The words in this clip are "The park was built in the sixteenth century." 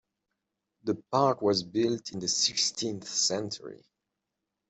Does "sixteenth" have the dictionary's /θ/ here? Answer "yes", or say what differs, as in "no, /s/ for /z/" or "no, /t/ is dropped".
yes